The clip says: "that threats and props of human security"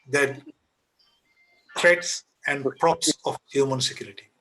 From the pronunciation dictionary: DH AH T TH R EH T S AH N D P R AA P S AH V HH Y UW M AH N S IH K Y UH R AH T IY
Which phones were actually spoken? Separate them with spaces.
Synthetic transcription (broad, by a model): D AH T T R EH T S AH N D P R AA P S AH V HH Y UW M AH N S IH K Y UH R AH T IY